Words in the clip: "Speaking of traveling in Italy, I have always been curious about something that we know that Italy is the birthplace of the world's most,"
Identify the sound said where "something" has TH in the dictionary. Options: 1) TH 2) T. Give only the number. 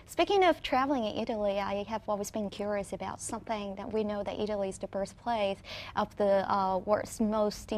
1